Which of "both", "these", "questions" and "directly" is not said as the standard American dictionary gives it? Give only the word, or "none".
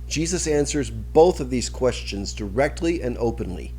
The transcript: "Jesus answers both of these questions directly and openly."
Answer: none